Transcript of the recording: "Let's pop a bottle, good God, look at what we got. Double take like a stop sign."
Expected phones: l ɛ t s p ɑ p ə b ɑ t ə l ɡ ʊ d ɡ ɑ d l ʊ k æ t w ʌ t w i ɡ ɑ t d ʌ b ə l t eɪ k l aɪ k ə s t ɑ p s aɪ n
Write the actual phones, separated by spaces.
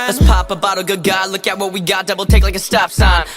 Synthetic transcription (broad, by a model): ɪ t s p ɑ p ə b ɑ t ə ɡ ʊ d ɡ ɑ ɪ l ʊ k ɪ t w ʌ t w i ɡ ɑ t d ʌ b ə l t eɪ k l aɪ k ə s t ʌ f s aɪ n